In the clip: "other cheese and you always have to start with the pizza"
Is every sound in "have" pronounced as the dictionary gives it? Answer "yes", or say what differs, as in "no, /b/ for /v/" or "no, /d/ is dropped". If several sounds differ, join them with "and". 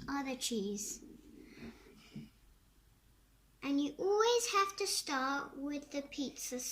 no, /f/ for /v/